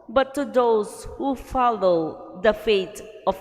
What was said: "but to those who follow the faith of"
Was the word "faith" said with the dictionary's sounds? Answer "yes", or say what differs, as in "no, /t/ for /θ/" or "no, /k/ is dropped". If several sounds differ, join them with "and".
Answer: no, /t/ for /θ/